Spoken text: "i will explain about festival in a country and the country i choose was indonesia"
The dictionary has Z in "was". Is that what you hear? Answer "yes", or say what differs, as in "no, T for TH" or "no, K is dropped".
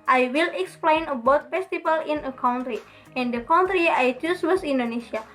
no, S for Z